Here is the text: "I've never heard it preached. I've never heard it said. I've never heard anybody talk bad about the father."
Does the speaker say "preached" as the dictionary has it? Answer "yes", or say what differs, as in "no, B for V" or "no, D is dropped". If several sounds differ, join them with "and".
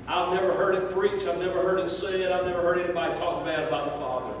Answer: no, T is dropped